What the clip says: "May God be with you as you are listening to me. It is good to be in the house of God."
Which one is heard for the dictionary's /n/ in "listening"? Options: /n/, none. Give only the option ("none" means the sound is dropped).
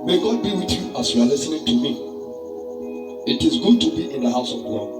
/n/